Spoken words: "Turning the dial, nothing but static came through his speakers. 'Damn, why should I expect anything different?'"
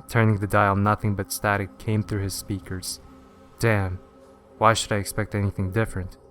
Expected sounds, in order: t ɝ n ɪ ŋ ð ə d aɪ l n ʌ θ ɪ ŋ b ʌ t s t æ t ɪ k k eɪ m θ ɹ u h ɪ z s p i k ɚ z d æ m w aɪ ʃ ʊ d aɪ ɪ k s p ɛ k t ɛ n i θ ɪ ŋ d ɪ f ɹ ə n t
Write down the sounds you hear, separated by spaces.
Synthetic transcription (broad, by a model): t ɝ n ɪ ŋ ð ə d aɪ l n ʌ θ ɪ ŋ b ʌ t s t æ t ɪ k k eɪ m θ ɹ u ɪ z s p i k ɚ z d æ m w aɪ ʃ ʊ d aɪ ɪ k s p ɛ k t ɛ n i θ ɪ ŋ d ɪ f ɹ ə n t